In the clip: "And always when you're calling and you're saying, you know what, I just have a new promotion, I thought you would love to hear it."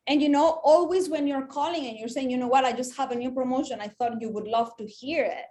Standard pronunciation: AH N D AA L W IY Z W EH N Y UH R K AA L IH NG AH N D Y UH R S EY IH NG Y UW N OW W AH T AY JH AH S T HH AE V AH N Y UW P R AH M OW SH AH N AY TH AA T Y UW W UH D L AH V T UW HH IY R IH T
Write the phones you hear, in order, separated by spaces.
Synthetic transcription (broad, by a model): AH N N AA L W IY Z W EH N Y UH R K AA L IH NG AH N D Y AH R S EY IH NG Y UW N OW W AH T AY JH AH S T HH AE V AH N Y UW P R AH M OW SH AH N AY TH AA T Y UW W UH D L AH V T UW HH IY R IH T